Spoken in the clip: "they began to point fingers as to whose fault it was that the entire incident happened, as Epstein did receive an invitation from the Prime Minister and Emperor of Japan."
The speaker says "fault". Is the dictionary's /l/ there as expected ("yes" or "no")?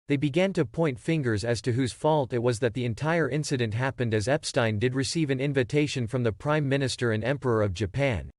yes